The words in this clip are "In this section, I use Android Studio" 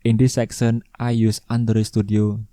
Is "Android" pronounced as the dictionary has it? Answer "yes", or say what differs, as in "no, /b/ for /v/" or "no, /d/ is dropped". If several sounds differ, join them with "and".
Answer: no, /ɹ/ is dropped